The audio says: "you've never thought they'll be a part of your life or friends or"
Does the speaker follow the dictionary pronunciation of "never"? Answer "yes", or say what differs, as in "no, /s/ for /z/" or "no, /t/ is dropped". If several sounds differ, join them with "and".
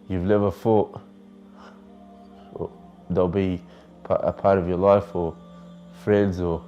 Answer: no, /l/ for /n/